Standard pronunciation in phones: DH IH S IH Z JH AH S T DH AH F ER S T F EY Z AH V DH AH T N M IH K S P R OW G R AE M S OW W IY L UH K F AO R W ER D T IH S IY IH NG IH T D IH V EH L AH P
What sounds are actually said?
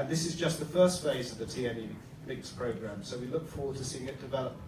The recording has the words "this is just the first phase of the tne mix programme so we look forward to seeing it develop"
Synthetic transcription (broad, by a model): DH IH S IH Z JH AH S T DH AH F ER S T F EY Z AH V DH AH T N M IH K S P R OW G R AE M S OW W IY L UH K F AO R W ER D T IH S IY IH NG IH T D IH V EH L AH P